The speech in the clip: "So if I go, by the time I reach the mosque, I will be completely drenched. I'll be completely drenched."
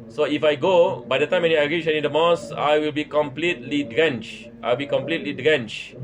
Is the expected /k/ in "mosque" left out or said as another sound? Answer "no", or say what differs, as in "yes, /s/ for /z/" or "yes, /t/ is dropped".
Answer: yes, /k/ is dropped